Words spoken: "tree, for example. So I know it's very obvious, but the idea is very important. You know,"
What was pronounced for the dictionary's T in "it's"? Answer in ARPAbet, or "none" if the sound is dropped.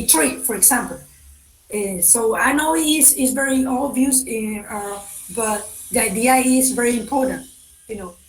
S